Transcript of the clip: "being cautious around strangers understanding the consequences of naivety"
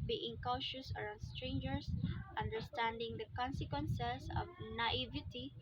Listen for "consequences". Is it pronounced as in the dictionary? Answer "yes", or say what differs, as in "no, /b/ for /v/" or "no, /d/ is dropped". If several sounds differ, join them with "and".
no, /s/ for /z/